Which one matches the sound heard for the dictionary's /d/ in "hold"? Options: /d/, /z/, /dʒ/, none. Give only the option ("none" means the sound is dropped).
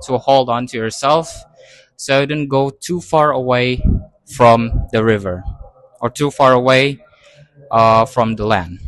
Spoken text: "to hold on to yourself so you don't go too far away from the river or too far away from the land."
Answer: /d/